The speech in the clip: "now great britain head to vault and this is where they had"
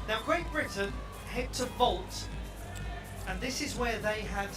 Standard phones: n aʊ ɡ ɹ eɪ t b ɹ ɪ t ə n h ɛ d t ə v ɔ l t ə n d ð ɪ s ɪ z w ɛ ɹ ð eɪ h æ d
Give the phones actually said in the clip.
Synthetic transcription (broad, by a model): n aʊ ɡ ɹ eɪ t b ɹ ɪ t n h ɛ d t ə v ɔ l t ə n ð ɪ s ɪ z w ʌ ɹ ð eɪ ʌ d